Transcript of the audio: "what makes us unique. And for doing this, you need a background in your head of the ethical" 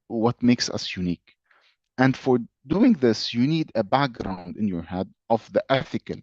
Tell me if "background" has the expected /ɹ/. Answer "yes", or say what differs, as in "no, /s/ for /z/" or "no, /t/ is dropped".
yes